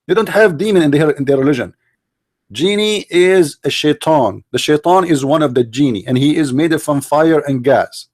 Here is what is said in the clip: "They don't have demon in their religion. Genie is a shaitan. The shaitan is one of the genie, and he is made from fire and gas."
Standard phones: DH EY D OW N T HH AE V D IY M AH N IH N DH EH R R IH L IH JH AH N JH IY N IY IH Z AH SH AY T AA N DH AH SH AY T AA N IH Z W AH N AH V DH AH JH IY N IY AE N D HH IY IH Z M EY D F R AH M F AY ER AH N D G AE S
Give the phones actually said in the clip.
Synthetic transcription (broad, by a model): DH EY D OW N T HH AE V D IY M AH N IH N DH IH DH R IH L IH JH AH N JH IY N IY IH Z AH SH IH T AA N DH AH SH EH T AA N IH Z W AH N AH V DH AH JH IY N IY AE N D HH IY IH Z M EY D F R AH M F AY ER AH N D G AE S